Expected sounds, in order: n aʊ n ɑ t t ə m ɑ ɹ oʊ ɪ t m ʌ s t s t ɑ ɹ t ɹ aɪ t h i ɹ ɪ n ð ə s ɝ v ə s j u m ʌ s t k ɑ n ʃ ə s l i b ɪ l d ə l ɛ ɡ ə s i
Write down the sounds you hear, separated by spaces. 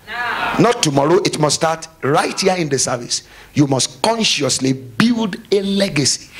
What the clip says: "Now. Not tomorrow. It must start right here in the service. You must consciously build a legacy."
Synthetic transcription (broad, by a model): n n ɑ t t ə m ɑ ɹ oʊ ɪ t m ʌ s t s t ɑ t ɹ aɪ t h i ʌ ɪ n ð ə s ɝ v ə s j u m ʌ s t k ɑ n ʃ ə s l i b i l d ə l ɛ ɡ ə s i